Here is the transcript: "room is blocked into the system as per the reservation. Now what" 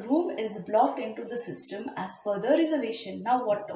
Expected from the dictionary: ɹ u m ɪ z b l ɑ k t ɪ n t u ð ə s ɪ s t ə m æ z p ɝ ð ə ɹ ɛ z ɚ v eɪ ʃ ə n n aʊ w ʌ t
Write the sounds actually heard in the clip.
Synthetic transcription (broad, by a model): ɹ u m ɪ z b l ɑ k t ɪ n t u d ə s ɪ s t ə m æ z f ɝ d ə ɹ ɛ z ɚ v eɪ ʃ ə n n aʊ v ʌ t